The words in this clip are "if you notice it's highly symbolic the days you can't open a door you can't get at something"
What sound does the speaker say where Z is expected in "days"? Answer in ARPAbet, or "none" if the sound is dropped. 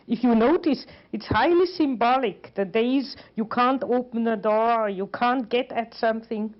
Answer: Z